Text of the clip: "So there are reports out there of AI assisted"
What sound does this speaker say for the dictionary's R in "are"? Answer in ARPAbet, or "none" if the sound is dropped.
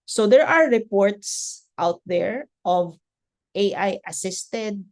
R